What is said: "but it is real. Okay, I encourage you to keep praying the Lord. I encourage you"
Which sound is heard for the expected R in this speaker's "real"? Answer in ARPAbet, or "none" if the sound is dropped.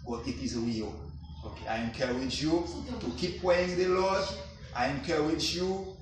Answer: W